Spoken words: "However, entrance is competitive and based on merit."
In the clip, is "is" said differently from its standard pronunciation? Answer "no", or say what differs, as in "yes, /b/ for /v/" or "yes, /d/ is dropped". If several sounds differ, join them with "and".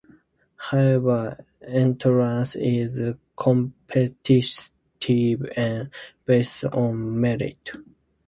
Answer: no